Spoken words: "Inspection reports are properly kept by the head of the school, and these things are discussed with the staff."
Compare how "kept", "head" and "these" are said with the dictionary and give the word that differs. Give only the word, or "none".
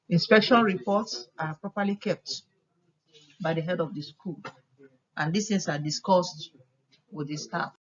these